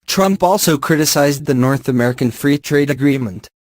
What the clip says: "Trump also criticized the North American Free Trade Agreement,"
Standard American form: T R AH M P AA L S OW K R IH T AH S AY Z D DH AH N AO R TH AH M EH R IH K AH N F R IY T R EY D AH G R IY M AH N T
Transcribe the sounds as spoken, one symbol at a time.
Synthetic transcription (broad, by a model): T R AH M P AA L S OW K R IH T AH S AY Z D DH AH N AO R TH AH M EH R IH K AH N F R IY T R EY D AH G R IY M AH N T